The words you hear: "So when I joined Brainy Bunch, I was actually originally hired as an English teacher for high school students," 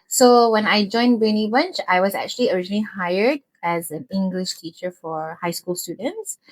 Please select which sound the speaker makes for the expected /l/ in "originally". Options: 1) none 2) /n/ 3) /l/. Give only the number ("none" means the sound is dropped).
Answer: 3